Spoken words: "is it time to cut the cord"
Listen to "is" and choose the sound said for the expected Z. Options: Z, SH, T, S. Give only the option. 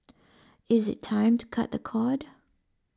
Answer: Z